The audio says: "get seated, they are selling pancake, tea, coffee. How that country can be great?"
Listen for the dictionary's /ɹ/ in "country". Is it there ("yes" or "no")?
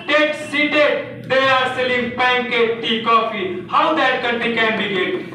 no